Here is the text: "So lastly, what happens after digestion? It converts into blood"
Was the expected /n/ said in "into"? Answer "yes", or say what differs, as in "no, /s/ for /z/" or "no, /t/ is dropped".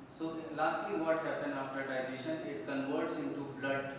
yes